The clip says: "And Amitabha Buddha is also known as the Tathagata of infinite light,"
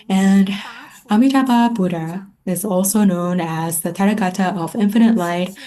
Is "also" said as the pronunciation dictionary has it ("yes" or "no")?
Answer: yes